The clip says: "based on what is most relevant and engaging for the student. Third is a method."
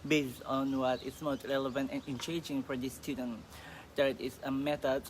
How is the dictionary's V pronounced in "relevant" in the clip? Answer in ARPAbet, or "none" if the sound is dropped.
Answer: V